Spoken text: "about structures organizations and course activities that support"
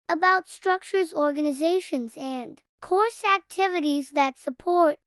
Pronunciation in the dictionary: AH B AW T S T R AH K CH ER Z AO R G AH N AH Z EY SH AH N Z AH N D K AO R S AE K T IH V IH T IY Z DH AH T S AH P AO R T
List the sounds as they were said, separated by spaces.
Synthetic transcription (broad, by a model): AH B AW T S T R AH K CH ER Z AO R G AH N AH Z EY SH AH N Z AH N K AO R S AE K T IH V IH T IY Z DH AH T S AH P AO R T